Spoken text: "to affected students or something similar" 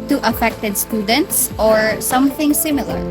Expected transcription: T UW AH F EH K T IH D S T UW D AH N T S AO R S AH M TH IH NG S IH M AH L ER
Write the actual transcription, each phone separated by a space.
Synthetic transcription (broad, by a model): T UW AH F EH K T IH D S T UW D AH N T S AO R S AH M TH IH NG S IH M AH L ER